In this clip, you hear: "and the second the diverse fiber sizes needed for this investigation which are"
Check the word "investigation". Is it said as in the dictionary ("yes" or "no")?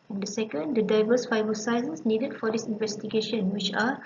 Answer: yes